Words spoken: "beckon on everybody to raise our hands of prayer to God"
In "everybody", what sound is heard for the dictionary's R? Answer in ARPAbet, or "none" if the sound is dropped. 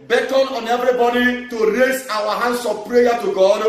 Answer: R